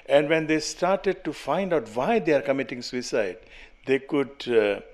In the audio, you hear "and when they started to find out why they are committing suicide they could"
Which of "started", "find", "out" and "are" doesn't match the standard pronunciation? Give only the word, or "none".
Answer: none